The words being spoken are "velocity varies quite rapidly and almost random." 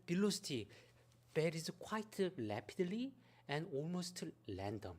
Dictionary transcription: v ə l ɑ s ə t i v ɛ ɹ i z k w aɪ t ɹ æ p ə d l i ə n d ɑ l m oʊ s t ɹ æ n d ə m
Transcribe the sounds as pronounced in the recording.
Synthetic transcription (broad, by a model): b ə l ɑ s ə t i b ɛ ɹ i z k w aɪ t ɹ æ p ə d l i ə n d ɑ l m oʊ s t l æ n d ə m